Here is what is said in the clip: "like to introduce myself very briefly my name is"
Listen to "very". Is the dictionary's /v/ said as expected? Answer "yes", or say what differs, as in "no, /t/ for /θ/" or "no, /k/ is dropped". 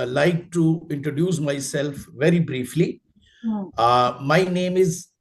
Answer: yes